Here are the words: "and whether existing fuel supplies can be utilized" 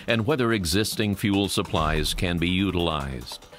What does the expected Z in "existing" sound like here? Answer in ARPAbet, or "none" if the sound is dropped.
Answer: Z